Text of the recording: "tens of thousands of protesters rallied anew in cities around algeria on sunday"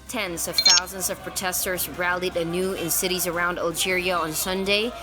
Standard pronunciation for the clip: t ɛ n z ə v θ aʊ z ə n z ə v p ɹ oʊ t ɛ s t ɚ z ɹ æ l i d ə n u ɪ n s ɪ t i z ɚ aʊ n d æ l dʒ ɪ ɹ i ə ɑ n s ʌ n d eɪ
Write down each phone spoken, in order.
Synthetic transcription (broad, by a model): t ɛ n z ə v θ aʊ z ə n z ə v p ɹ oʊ t ɛ s t ɚ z ɹ æ l i d ə n u ɪ n s ɪ t i z ɚ aʊ n d æ l dʒ ɪ ɹ i ə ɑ n s ʌ n d eɪ